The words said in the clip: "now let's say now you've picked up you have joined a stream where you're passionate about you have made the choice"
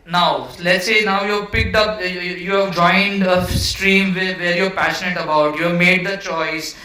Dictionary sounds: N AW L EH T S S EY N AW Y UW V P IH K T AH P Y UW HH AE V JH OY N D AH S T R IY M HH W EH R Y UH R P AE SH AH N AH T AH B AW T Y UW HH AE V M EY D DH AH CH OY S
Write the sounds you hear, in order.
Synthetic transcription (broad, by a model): N AW L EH T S S EY N AW Y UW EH P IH K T AH P Y UW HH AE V JH OY N D AH S T R IY M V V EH R Y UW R P AE SH AH N AH T AH B AW T Y UW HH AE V M EY D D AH CH OY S